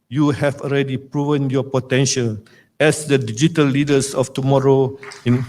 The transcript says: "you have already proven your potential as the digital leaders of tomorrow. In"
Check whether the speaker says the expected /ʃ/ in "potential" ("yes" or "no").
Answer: yes